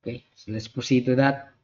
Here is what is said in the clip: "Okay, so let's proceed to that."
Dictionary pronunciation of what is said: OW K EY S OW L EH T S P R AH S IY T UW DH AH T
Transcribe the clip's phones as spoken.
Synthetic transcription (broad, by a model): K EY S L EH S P AH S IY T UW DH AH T